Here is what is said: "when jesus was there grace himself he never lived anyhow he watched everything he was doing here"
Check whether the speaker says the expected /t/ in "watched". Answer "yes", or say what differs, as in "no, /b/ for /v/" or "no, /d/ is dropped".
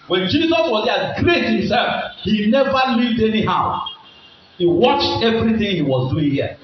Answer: yes